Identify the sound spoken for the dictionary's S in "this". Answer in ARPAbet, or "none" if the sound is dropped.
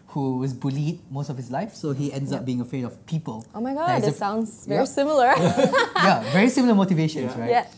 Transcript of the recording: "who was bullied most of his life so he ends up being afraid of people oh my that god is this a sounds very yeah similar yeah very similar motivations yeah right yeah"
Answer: none